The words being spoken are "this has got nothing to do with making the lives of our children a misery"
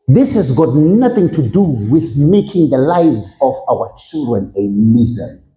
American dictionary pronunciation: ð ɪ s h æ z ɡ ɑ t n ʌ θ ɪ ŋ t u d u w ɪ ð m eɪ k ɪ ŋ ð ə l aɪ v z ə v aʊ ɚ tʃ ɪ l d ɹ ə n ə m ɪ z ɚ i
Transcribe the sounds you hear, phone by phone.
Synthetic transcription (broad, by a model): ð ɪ s h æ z ɡ ɑ t n ʌ θ ɪ ŋ t u d u w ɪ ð m eɪ k ɪ ŋ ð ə l aɪ v z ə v aʊ ɚ tʃ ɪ l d ɹ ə n ə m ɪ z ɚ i